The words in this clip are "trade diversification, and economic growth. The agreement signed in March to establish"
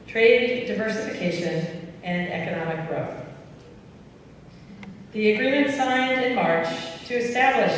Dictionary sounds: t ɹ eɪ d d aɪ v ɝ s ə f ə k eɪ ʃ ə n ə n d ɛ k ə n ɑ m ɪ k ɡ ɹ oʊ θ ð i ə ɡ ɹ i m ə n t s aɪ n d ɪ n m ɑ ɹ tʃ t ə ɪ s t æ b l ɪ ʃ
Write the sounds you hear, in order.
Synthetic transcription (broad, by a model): t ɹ eɪ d d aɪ v ɝ s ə f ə k eɪ ʃ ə n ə n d ɛ k ə n ɑ m ɪ k ɡ ɹ oʊ θ ð i ə ɡ ɹ i m ə n t s aɪ n d ɪ n m ɑ ɹ tʃ t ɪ s t æ b l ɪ ʃ